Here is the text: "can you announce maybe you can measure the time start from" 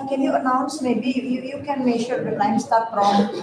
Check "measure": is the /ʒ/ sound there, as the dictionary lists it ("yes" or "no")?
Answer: no